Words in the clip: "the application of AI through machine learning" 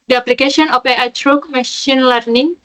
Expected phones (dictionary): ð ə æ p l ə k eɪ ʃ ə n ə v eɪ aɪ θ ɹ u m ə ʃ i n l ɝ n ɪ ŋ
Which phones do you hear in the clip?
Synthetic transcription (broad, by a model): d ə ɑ p l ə k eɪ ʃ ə n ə f eɪ aɪ t ɹ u m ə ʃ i n l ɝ n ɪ ŋ